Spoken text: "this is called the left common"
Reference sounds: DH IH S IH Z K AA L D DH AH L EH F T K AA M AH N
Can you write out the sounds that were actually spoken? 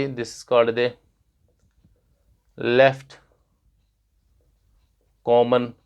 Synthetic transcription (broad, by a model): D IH S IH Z K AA D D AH L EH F T K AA M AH N